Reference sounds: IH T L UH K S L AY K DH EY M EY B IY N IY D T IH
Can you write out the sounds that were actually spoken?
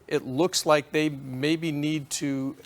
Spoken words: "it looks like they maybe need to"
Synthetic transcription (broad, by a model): IH T L UH K S L AY K DH EY M EY B IY N IY D T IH